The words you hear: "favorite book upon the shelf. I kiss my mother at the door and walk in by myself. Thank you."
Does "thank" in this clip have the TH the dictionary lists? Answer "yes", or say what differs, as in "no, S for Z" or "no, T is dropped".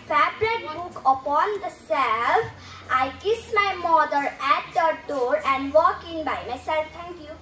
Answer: no, T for TH